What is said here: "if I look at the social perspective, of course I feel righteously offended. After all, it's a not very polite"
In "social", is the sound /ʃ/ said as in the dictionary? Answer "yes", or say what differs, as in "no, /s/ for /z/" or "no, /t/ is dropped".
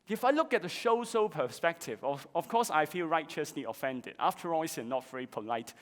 no, /s/ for /ʃ/